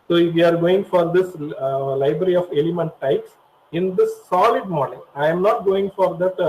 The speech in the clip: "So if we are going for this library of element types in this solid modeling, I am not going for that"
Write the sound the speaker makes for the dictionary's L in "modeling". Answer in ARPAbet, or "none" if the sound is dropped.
N